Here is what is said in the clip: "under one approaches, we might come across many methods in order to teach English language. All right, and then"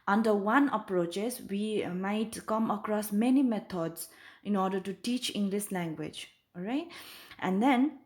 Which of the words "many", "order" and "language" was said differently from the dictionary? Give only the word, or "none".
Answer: none